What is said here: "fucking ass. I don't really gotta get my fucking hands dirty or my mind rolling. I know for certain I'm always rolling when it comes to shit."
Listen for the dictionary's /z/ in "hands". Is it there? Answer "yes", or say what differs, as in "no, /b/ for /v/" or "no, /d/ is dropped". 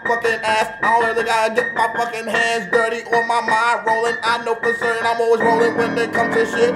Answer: yes